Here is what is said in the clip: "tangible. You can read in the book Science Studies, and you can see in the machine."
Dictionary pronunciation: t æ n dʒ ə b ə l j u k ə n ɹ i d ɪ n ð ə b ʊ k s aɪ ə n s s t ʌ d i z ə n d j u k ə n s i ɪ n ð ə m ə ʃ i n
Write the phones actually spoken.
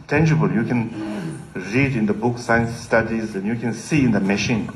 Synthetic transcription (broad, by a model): t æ n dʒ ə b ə l j u k ə n ɹ i d ɪ n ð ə b ʊ k s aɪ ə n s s t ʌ d i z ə n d j u k ə n s i ɪ n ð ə m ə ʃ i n